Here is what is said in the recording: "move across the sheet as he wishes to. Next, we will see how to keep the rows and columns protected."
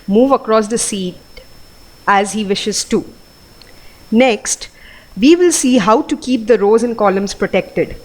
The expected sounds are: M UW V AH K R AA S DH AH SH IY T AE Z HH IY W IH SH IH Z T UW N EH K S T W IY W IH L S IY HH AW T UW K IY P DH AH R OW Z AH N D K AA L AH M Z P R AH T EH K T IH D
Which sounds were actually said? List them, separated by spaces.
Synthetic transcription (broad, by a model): M UW V AH K R AA S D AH S IY T AE Z HH IY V IH SH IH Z T UW N EH K S T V IY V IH L S IY HH AW T UW K IY P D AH R OW Z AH N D K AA L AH M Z P R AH T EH K T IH D